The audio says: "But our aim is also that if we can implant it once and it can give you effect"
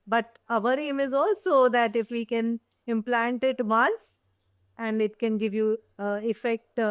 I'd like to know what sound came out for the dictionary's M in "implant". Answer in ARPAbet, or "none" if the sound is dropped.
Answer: M